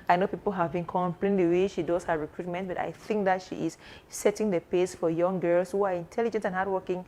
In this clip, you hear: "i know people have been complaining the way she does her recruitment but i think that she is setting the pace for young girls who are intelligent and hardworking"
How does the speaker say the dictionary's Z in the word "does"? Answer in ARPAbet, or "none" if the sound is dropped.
S